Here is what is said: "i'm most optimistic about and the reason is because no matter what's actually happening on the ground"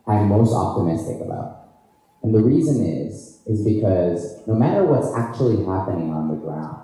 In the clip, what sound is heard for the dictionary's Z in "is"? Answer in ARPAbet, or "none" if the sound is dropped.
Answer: Z